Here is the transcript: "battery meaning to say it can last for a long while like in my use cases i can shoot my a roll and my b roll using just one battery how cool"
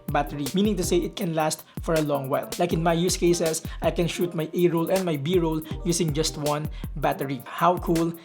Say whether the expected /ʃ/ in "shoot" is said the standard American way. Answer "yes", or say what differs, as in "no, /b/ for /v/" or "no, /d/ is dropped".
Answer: yes